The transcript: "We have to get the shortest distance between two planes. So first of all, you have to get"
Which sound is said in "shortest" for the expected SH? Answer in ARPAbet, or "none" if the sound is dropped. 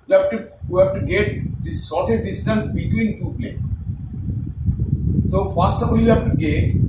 S